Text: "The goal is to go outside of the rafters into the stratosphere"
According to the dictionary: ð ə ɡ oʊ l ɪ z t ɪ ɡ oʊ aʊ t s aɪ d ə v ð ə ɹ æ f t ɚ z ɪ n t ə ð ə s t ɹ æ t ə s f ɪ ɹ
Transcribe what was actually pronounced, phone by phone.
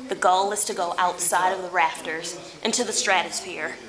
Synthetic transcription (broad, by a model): ð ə ɡ oʊ l ɪ z t ɪ ɡ oʊ aʊ t s aɪ d ə v ð ə ɹ æ f t ɚ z ɪ n t ə ð ə s t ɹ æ t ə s f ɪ ɹ